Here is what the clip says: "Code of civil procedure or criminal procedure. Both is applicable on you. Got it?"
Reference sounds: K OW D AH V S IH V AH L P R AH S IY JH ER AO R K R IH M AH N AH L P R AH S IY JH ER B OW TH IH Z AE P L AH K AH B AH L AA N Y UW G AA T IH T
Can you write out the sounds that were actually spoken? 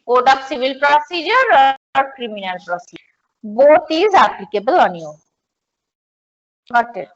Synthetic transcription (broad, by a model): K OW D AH P S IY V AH L P R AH S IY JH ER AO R K R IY M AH N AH L P R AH S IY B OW T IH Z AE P L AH K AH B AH L AA N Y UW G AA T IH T